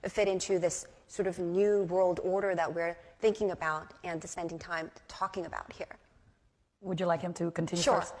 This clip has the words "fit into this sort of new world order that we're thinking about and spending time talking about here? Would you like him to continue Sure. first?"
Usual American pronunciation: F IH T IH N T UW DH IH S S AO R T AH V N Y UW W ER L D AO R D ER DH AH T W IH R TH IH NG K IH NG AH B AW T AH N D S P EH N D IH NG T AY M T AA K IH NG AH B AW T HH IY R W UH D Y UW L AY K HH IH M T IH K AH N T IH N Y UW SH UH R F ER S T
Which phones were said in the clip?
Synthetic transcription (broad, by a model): F IH T IH N T UW DH IH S S AO R T AH V N Y UW W ER L D AO R D ER DH AH T W IH R TH IH NG K IH NG AH B AW T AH N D S P EH N D IH NG T AY M T AA K IH NG AH B AW T HH IY R W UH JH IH L AY K HH IH M T IH K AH N T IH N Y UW SH UH R